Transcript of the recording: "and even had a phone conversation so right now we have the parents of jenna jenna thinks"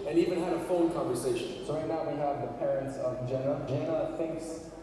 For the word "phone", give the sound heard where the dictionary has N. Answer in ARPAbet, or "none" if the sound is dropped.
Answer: L